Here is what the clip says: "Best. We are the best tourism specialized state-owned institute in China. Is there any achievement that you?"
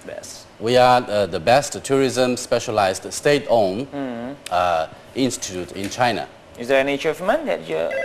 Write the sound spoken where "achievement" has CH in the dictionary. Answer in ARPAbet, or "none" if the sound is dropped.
none